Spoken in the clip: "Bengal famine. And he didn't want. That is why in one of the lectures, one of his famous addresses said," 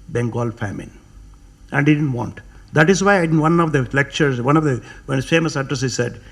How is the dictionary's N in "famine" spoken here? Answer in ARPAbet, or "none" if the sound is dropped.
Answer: N